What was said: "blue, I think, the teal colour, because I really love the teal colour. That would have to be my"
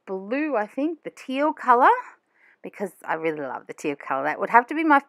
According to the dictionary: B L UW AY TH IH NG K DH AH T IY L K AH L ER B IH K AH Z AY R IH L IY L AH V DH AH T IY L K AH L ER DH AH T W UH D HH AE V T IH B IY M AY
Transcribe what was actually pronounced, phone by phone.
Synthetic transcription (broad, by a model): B L UW AY TH IH NG K DH AH T IY L K AH L ER B IH K AH Z AY R IH L IY L AH V DH AH T IY L K AH L ER DH AH T W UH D HH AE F T IH B IY M AY